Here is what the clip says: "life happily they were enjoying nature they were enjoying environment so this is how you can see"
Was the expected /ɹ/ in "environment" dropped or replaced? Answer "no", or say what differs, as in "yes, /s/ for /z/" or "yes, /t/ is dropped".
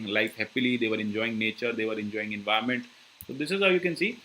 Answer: yes, /ɹ/ is dropped